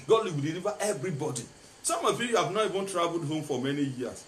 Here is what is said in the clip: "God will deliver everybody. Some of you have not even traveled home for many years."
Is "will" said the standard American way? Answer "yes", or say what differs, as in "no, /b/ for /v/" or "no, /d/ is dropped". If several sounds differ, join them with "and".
no, /w/ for /l/